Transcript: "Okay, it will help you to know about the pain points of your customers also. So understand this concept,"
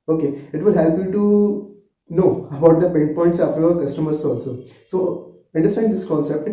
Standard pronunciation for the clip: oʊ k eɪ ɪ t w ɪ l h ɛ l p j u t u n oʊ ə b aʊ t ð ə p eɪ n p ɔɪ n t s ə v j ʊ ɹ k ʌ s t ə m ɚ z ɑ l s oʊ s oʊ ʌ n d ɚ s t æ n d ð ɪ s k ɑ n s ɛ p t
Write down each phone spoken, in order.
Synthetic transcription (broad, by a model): oʊ k eɪ ɪ t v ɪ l h ɛ l p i t u n oʊ ə b aʊ t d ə p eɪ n p ɔɪ n t s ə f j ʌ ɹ k ʌ s t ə m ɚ s ɑ l s oʊ s oʊ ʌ n d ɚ s t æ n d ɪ s k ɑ n s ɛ p t